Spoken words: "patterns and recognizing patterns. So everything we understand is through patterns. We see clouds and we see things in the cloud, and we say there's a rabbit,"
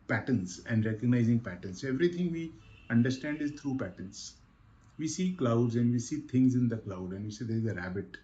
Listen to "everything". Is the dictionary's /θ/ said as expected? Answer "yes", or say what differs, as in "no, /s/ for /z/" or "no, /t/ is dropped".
no, /t/ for /θ/